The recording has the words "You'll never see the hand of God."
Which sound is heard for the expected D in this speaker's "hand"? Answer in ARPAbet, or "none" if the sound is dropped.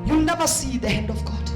D